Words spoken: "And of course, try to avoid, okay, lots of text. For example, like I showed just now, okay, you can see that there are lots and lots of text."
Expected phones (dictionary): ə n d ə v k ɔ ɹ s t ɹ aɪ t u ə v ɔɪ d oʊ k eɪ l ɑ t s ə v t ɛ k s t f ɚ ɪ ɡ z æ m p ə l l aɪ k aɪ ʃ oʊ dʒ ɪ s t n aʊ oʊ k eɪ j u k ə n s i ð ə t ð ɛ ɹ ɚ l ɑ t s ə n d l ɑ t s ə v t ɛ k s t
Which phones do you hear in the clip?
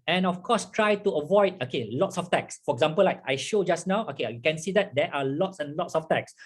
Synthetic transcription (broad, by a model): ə n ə f k ɔ s t ɹ aɪ t u ə v ɔɪ d oʊ k eɪ l ɑ t s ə f t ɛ k s f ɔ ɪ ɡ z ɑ m p ə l l aɪ k aɪ ʃ oʊ dʒ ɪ s n aʊ oʊ k eɪ j u k ə n s i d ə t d ɛ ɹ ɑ l ɑ t s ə n l ɑ t s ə f t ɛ k s